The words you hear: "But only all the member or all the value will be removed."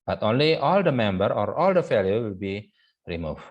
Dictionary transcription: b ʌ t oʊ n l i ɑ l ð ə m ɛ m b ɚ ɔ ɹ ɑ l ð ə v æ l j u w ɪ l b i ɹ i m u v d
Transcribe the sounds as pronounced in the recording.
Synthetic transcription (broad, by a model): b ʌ t oʊ n l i ɑ l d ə m ɛ m b ɚ ɔ ɹ ɑ l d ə f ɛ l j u w ɪ l b i ɹ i m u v